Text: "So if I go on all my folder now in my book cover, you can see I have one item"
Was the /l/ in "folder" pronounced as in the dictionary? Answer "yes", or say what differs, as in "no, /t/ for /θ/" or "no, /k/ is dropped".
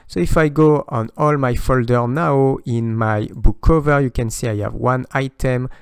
yes